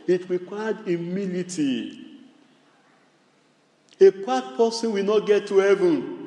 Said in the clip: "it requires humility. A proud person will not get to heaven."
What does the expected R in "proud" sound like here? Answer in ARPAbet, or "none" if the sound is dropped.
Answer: none